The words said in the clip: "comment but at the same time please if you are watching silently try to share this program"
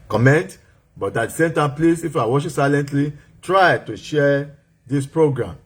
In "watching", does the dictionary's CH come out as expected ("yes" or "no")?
no